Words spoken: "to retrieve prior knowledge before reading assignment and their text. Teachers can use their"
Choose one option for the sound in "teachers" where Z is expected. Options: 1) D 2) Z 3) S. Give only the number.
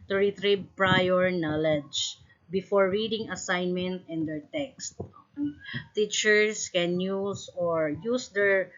3